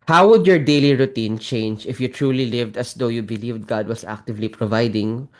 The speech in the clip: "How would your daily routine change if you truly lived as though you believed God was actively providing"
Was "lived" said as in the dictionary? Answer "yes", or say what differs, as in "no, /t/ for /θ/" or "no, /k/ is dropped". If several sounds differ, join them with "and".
yes